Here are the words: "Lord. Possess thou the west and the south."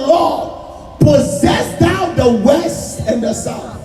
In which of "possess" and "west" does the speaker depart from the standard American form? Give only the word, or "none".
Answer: none